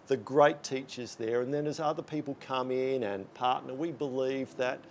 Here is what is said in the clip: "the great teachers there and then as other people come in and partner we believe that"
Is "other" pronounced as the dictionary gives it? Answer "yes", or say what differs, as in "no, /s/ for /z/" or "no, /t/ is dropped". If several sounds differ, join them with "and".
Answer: yes